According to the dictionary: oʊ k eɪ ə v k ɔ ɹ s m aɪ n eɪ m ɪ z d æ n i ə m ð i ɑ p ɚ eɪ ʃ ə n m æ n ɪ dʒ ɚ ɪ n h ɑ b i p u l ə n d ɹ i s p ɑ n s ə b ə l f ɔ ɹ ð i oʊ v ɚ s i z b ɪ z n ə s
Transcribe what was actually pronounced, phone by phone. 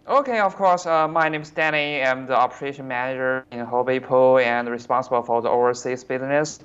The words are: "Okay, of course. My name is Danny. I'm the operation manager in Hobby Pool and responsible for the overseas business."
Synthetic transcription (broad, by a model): oʊ k eɪ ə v k ɔ ɹ s m aɪ n eɪ m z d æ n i ə m ð i ɑ p ɚ eɪ ʃ ə n m æ n ɪ dʒ ɚ ɪ n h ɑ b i p u l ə n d ɹ i s p ɑ n s ə b ə l f ɔ ɹ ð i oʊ ʊ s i s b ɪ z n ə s